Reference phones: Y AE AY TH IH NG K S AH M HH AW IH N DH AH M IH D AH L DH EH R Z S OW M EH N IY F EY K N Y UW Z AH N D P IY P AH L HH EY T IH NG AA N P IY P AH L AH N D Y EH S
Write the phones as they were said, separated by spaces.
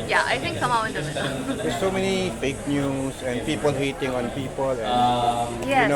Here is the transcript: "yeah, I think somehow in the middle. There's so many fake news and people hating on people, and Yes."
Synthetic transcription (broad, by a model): Y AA AY T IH NG K S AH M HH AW IH N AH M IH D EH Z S OW M EH N IY F EY K N Y UW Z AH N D P IY P AH L HH EY T IH NG AA N P IY P AH L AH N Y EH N